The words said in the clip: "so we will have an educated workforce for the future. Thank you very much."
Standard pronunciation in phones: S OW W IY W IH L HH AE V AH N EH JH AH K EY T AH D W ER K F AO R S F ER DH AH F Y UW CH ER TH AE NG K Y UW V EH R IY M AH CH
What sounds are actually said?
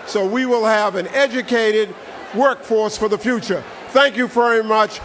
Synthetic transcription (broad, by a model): S OW W IY W IH L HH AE V AH N EH JH AH K EY T AH D W ER K F AO R S F ER DH AH F Y UW CH ER TH AE NG K Y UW V EH R IY M AH CH